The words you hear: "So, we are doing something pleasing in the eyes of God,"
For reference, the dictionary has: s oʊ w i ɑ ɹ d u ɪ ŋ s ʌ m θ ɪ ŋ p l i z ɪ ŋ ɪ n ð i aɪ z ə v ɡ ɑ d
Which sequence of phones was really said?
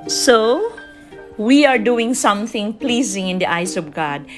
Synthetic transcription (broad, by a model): s oʊ w i ɑ ɹ d u ɪ ŋ s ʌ m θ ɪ ŋ p l i z ɪ ŋ ɪ n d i aɪ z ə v ɡ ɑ d